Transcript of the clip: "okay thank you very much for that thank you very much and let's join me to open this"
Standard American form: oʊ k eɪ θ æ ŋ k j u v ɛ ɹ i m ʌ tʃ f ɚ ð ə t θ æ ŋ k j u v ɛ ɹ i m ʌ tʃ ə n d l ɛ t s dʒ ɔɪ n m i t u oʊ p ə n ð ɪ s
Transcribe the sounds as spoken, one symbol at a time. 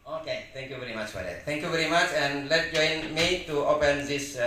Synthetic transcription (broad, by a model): oʊ k eɪ t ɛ ŋ k j u v ɛ ɹ i m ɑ tʃ f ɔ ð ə t t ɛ ŋ k j u v ɛ ɹ i m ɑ tʃ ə n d l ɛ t dʒ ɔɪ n m i t u oʊ p ə n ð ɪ s